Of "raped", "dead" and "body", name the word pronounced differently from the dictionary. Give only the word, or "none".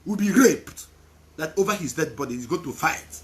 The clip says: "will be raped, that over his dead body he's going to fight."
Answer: none